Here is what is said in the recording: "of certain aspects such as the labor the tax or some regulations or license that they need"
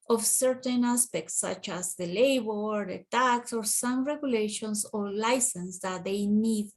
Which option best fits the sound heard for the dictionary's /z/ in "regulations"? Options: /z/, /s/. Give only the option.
/s/